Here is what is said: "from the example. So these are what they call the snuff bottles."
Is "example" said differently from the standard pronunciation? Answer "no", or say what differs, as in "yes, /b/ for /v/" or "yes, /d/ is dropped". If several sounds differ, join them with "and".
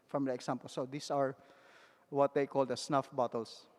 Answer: yes, /s/ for /z/